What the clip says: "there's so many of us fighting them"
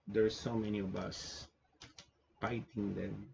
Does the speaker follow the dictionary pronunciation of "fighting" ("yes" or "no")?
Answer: no